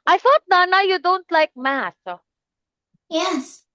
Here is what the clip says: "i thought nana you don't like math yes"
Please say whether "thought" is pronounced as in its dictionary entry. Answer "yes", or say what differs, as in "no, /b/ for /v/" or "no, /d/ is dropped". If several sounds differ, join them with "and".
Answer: yes